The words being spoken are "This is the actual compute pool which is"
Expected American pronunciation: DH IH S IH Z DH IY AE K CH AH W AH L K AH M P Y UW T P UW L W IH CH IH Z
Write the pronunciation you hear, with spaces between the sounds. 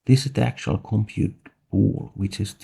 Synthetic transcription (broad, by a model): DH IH S IH Z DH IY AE K CH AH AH L K AH M P Y UW T B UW L W IH CH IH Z